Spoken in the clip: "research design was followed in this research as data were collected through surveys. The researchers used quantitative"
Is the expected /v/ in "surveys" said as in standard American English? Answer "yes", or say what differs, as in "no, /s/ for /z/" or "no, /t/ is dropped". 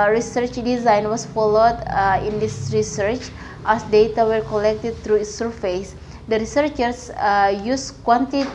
no, /f/ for /v/